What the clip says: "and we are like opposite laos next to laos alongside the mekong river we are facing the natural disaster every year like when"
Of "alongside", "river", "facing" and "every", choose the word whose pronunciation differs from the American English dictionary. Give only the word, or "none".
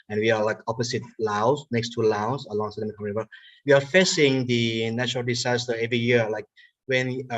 river